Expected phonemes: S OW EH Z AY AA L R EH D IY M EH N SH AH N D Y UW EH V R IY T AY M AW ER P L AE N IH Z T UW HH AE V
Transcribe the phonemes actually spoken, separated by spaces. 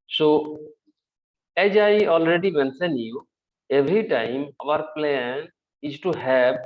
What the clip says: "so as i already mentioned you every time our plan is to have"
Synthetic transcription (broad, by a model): S OW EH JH AY AA L R EH D IY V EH N S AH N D Y UW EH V R IY T AY M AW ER P L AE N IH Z T UW HH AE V